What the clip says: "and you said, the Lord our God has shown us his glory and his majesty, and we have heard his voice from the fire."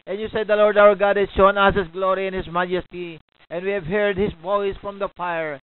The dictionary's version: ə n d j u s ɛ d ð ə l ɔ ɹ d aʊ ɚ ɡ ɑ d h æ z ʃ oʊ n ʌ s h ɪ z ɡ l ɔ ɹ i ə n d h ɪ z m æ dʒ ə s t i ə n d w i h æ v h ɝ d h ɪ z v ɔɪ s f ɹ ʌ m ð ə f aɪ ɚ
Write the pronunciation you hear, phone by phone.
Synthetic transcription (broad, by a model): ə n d j u s ɛ d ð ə l ɔ ɹ d aʊ ɚ ɡ ɑ d h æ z ʃ oʊ n ʌ s h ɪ s ɡ l ɔ ɹ i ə n h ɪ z m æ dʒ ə s t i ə n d w i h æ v h ɝ d h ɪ s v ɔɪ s f ɹ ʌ m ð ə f aɪ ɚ